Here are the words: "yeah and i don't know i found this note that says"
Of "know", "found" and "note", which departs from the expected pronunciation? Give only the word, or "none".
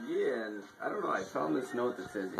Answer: found